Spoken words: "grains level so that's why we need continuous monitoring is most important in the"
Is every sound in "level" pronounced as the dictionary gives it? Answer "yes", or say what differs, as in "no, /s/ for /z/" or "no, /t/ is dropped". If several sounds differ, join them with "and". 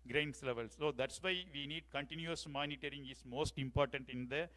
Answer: yes